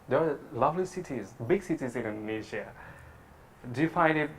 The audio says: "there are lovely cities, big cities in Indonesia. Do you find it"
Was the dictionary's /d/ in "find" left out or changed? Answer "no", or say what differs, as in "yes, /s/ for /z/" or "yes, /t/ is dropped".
yes, /d/ is dropped